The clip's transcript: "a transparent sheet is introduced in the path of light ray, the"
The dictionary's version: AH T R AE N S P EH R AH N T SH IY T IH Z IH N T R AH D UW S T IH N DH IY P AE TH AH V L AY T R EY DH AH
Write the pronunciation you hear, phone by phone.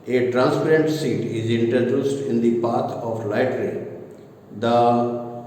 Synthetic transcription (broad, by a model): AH T R AE N S P EH R AH N T S IY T IH Z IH N T R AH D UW S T IH N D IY P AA T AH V L AY T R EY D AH